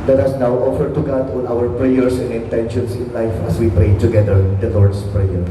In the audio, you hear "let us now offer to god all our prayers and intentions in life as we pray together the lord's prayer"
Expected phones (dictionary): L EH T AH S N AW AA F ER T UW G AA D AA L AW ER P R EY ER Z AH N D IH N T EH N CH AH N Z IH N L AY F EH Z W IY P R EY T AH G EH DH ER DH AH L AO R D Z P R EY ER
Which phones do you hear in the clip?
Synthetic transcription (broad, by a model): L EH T AH S N AW AA F ER T UW G AA D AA N AW ER P R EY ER S AH N D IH N T EH N SH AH N S IH N L AY F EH S W IY P R EY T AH G EH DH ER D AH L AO R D S P R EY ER